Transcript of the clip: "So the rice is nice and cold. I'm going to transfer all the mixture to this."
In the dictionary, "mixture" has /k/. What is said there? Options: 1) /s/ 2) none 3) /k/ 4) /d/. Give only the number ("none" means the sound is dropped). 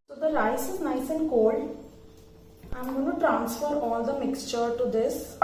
3